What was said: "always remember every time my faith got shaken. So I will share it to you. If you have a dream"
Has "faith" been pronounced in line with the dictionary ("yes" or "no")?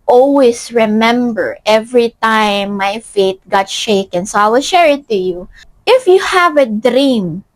no